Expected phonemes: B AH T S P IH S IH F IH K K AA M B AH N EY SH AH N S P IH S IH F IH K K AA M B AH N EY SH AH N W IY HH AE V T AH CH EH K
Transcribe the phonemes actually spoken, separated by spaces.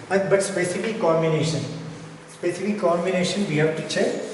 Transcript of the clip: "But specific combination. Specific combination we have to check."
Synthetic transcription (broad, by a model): B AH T S P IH S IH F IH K K AA M B AH N EY SH AH N S P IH S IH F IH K K AA M B AH N EY SH AH N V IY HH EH P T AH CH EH